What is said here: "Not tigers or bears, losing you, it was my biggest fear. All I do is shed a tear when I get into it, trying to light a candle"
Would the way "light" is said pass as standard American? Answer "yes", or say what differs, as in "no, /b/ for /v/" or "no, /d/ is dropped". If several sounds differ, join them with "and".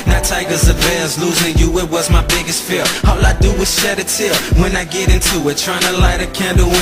yes